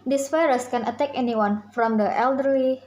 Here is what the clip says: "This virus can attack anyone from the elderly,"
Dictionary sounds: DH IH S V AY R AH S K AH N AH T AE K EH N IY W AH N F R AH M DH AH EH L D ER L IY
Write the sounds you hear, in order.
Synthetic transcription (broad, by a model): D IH S F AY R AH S K AH N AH T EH K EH N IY W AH N F R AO M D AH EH L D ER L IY